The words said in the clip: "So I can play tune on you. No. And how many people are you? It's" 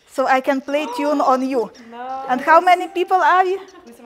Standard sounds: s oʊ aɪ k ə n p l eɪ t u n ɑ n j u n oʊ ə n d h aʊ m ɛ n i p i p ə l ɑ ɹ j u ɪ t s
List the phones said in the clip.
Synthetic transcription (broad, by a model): s oʊ aɪ k ə n p l eɪ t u n ɑ n j u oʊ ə n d h aʊ m ɛ n i p i p ə l ɑ ɹ j u